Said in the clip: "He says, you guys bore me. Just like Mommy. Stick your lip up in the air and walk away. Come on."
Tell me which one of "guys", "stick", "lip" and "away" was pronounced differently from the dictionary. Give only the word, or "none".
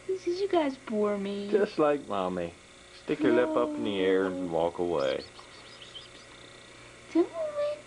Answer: none